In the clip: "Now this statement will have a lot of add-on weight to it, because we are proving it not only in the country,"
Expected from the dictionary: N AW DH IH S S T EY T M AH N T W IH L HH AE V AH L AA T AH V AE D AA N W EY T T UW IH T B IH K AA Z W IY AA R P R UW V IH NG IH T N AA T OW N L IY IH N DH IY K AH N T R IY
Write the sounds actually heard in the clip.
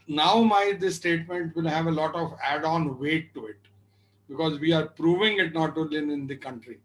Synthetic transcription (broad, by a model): N AW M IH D S T EY T M AH N T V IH L HH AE V AH L AA T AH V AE D AA N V EY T T UW IH T B IH K AA Z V IY AA R P R UW V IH NG IH T N AA T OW L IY IH N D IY K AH N T R IY